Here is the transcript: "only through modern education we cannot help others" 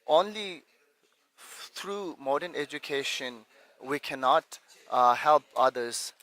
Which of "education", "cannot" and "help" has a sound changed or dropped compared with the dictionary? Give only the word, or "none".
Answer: none